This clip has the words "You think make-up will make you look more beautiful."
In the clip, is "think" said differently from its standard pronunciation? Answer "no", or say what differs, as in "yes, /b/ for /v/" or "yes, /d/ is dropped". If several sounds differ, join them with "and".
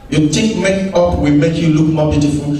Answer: yes, /t/ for /θ/ and /ŋ/ is dropped